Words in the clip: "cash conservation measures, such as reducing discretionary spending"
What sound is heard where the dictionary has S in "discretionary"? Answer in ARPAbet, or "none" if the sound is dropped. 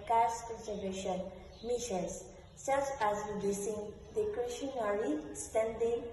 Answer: none